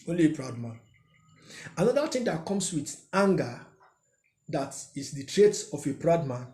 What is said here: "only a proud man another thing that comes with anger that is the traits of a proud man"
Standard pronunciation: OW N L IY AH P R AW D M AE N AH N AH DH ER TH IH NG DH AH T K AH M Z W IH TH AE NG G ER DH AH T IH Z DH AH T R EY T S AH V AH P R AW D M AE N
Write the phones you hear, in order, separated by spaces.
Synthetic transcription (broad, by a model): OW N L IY AH P R AW D M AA N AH N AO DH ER T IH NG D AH T K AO M S W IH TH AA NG G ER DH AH T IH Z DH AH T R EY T AH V AH P R AW D M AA N